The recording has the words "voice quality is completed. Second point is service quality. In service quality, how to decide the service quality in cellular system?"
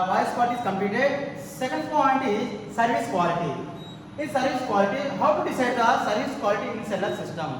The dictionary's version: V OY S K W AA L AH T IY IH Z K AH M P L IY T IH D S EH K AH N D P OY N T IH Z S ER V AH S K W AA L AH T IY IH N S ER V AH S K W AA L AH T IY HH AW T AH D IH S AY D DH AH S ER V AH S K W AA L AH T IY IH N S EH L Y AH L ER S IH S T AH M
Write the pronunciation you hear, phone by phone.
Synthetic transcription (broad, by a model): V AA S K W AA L T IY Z K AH M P IY T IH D S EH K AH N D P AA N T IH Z S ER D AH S K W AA L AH T IY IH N S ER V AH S K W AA L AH T IY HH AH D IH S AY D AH S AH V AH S K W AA L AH T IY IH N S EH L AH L S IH S T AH M